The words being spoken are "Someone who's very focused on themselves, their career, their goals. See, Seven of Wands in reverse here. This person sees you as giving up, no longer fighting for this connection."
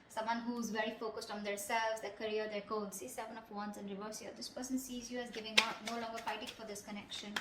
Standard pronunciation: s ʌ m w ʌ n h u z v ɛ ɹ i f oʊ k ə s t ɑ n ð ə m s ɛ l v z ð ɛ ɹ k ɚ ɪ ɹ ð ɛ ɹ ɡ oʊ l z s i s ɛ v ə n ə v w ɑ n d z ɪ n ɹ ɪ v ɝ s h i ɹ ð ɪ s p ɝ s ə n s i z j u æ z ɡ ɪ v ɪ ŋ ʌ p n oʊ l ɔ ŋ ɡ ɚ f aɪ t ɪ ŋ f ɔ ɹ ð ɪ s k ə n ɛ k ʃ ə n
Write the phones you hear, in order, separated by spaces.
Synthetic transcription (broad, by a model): s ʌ m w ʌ n h u z v ɛ ɹ i f oʊ k ə s t ɑ n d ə s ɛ l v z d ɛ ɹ k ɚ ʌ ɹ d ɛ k oʊ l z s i s ɛ v ə n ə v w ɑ n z ɪ n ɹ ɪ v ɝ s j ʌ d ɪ s p ɝ s ə n s i z j u æ z ɡ ɪ v ɪ ŋ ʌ n oʊ l ɔ ŋ ɡ ɚ f aɪ t ɪ ŋ f ɔ ɹ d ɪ s k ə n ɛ k ʃ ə n